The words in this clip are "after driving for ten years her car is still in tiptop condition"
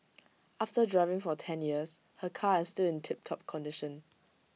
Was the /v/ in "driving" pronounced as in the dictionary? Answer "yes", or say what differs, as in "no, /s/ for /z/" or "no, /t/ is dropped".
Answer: yes